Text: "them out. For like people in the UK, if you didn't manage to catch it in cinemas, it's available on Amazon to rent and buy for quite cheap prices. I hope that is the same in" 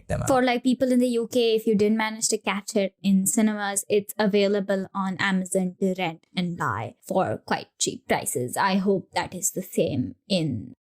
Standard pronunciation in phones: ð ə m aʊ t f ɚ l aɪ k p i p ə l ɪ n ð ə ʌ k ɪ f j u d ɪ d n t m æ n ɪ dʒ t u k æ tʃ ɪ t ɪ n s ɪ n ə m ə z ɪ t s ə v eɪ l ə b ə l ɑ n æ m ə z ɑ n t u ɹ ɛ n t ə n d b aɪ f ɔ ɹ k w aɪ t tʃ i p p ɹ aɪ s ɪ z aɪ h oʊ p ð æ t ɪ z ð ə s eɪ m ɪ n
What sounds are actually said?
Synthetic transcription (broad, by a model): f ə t l aɪ k p i p ə l ɪ n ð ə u k ɪ f j u d ɪ d n t m æ n ɪ dʒ t u k æ tʃ ɪ t ɪ n s ɪ n ə m ə z ɪ t s ə v eɪ l ə b ə l ɑ n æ m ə z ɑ n t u ɹ ɛ n t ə n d b aɪ f ɔ ɹ k w aɪ t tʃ i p p ɹ aɪ s ɪ z aɪ h oʊ p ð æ t ɪ z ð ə s eɪ m ɪ n